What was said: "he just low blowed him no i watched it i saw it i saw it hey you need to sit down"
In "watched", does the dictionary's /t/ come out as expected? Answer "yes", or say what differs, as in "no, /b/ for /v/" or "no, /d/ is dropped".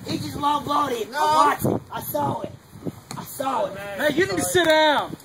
no, /t/ is dropped